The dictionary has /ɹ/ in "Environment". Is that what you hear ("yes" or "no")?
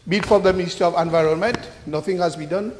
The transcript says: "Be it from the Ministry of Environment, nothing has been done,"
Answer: yes